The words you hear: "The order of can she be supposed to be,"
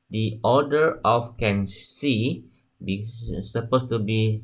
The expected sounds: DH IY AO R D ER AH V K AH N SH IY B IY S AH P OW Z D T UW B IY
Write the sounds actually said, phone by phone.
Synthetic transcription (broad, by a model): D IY AO D ER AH F K AH N S IY B IY S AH P OW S T UW B IY